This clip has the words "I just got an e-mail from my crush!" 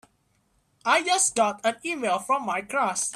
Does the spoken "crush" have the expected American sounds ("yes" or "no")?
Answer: no